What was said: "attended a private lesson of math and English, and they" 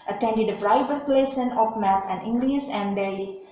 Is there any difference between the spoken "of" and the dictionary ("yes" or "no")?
yes